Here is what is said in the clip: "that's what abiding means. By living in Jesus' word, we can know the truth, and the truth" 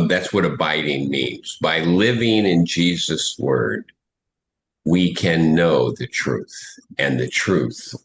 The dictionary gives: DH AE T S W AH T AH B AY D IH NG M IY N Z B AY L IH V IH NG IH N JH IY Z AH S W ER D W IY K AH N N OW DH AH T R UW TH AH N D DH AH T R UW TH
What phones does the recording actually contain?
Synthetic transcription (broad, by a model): DH AE T S W AH T AH B AY D IH NG M IY N Z B AY L IH V IH NG IH N JH IY Z AH S W ER D W IY K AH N N OW DH AH T R UW TH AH N DH AH T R UW TH